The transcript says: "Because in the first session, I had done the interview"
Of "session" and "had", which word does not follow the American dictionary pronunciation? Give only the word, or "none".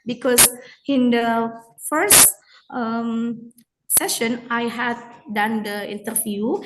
none